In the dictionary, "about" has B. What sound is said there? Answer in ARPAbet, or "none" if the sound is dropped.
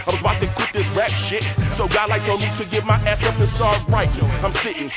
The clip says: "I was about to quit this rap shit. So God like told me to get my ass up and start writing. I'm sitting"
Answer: none